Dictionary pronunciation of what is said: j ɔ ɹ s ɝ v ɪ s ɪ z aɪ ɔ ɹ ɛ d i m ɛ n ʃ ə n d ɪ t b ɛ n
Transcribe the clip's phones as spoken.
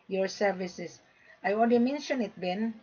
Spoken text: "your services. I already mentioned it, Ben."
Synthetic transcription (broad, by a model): j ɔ ɹ s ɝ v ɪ s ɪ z aɪ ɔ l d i m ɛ n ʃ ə n ɪ t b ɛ n